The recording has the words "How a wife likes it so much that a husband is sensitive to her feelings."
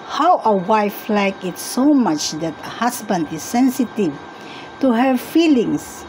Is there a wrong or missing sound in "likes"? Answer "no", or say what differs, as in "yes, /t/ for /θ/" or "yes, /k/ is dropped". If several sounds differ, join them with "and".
yes, /s/ is dropped